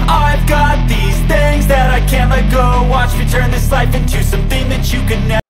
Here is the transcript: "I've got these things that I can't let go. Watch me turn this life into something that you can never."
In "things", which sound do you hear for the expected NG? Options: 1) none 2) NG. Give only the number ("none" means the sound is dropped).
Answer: 2